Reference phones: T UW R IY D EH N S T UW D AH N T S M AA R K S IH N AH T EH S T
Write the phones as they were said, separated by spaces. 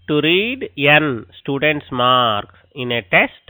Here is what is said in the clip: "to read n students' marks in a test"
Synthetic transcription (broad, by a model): T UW R IY D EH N S T UW D AH N T S M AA R K IH N AH T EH S T